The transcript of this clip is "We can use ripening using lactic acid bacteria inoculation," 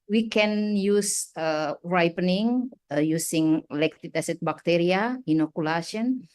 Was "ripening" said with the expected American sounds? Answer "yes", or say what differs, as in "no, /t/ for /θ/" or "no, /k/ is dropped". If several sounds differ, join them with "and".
yes